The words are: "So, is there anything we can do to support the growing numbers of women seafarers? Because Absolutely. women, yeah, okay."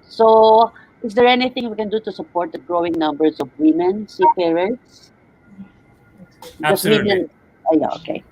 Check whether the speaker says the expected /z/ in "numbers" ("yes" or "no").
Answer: no